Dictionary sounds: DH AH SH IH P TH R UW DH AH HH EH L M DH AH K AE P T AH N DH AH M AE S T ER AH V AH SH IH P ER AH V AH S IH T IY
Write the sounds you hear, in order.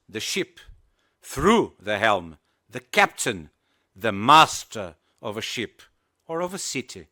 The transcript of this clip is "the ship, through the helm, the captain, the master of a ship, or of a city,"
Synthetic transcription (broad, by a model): DH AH SH IH P TH R UW DH AH HH EH L M DH AH K AE P T AH N DH AH M AE S T ER AH V AH SH IH P ER AH V AH S IH T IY